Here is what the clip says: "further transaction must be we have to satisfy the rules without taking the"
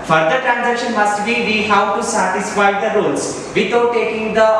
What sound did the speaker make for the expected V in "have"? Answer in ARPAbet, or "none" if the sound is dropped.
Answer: W